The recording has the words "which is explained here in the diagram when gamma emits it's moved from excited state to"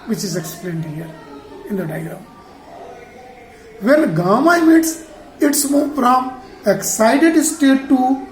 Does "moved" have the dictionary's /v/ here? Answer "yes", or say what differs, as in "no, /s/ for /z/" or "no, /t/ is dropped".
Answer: no, /f/ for /v/